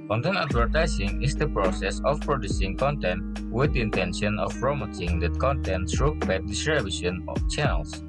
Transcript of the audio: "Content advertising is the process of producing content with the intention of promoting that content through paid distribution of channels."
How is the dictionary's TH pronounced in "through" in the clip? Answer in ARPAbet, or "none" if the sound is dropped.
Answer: S